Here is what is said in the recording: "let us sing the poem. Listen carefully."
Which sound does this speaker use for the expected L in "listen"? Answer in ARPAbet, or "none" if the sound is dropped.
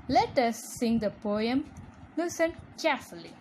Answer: N